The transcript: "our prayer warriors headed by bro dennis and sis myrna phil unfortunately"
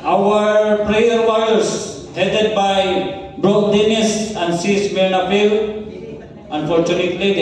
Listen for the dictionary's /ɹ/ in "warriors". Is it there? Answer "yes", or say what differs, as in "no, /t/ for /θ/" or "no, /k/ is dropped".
no, /ɹ/ is dropped